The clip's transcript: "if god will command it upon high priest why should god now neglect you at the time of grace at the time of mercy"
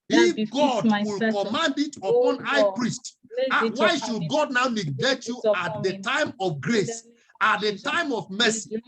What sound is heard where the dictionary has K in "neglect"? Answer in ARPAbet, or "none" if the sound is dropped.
none